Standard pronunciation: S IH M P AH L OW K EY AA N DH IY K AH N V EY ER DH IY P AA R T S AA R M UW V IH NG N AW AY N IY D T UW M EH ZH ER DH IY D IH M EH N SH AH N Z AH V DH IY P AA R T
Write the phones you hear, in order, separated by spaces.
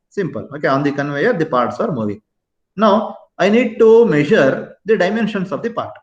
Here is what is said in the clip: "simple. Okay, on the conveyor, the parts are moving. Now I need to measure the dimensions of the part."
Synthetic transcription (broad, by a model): S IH M P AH L OW K EY AA N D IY K AH N V EY ER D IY P AA R T S AA R M UW V IH NG N AW AY N IY D T UW M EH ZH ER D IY D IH M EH N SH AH N S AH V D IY P AA R T